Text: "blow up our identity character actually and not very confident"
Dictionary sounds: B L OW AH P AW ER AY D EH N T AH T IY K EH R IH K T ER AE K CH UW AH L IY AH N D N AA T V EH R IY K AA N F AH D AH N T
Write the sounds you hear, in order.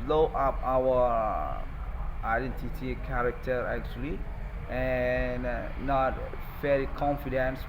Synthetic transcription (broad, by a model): L OW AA P AW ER AY D EH N T AH T IY K EH R IH K T ER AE K CH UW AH L IY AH N N AA T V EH L IY K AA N F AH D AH N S